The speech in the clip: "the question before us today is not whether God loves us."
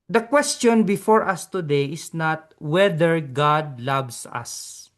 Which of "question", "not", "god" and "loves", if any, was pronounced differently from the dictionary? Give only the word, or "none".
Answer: loves